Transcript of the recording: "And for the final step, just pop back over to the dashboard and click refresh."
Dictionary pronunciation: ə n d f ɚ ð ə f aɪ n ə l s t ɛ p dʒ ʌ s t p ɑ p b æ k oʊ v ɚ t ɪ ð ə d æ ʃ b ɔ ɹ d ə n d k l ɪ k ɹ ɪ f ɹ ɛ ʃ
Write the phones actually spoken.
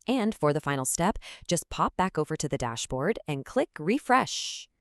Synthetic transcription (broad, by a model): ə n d f ɚ ð ə f aɪ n l s t ɛ p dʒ ʌ s p ɑ p b æ k oʊ v ɚ t ɪ ð ə d æ ʃ b ɔ ɹ d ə n k l ɪ k ɹ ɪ f ɹ ɛ ʃ